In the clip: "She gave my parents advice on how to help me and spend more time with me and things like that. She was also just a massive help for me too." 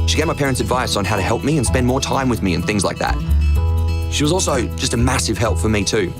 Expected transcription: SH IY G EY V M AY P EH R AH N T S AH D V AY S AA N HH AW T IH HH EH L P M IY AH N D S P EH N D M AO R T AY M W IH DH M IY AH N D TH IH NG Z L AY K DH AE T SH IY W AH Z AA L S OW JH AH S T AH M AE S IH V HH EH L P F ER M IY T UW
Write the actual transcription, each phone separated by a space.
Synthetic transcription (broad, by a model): SH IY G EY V M AY P EH R AH N T S AH D V AY S N HH AW T IH HH EH L P M IY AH N S P EH N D M AO R T AY M W IH DH M IY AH N TH IH NG Z L AY K DH AE T SH IY W AH Z AA L S OW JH AH S T AH M AE S IH V HH EH L P F ER M IY T UW